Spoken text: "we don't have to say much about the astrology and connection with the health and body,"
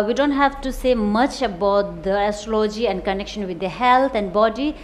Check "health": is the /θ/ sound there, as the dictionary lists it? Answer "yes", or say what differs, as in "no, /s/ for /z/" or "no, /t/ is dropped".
no, /t/ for /θ/